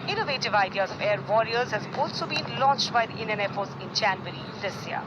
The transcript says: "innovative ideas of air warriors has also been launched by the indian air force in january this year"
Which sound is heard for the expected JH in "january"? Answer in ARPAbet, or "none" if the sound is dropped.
CH